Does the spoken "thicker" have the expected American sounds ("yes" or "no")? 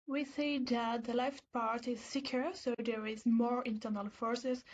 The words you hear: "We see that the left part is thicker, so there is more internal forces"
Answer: no